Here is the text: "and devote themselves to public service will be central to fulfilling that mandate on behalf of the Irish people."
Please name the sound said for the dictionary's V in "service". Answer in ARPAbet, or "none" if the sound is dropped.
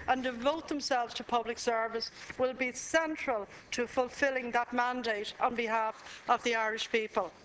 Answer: V